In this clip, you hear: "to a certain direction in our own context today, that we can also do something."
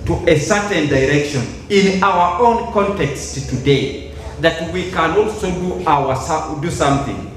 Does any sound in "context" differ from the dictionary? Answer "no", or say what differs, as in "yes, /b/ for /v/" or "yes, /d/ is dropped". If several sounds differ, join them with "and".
no